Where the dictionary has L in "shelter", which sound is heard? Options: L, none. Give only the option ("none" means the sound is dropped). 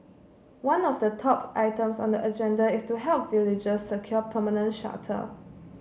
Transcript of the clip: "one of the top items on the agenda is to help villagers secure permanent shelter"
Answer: none